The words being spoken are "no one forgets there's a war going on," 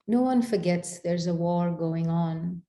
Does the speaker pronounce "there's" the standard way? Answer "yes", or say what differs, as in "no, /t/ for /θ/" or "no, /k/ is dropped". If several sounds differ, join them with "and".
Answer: yes